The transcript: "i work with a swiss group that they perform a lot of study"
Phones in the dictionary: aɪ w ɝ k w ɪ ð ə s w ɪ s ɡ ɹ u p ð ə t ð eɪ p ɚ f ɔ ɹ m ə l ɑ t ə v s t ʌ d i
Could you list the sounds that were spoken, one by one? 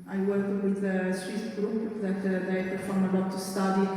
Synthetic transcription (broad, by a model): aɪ w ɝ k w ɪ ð ə s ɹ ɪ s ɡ ɹ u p ð ə t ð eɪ f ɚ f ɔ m ə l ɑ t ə s t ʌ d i